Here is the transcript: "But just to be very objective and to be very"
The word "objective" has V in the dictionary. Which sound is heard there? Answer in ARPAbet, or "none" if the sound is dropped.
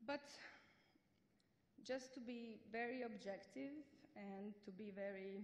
V